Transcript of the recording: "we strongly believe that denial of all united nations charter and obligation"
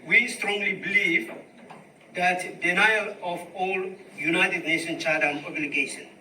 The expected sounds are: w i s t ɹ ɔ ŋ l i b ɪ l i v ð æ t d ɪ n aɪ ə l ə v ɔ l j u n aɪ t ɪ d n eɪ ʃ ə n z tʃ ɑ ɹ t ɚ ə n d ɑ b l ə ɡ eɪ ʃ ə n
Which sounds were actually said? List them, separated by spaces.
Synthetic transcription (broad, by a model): w i s t ɹ ɔ ŋ l i b ɪ l i v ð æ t d ɪ n aɪ ə l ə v ɔ l j u n aɪ t ɪ d n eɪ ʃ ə n tʃ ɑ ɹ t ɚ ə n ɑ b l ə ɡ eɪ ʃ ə n